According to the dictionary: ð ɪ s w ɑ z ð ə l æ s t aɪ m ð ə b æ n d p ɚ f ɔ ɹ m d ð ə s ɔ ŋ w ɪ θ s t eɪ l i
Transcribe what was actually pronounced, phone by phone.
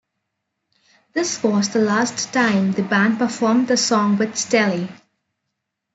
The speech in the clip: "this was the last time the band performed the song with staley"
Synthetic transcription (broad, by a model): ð ɪ s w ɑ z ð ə l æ s t aɪ m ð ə b æ n d p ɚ f ɔ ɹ m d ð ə s ɔ ŋ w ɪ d s t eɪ l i